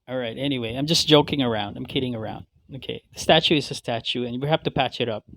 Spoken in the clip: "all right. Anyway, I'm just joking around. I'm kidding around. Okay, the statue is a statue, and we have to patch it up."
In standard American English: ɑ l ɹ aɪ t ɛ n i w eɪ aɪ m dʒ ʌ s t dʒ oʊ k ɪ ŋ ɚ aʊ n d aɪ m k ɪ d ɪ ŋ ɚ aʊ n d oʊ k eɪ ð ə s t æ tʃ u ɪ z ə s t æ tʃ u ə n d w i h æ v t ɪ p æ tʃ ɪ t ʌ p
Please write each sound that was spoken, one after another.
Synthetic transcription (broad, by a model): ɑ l ɹ aɪ t ɛ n i w eɪ aɪ m dʒ ʌ s dʒ oʊ k ɪ ŋ ɚ aʊ n d aɪ m k ɪ d ɪ ŋ ɚ aʊ n d oʊ k eɪ ð ə s t æ tʃ u ɪ z ə s t æ tʃ u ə n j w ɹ h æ f t ɪ p æ tʃ ɪ t ʌ p